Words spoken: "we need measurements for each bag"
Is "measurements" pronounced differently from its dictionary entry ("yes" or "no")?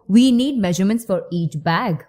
no